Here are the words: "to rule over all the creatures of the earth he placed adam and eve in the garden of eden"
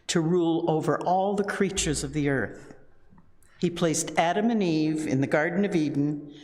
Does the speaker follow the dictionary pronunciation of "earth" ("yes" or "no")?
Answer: yes